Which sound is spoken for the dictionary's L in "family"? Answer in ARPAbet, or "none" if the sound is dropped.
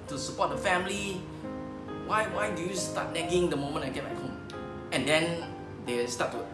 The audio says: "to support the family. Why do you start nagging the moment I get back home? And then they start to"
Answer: W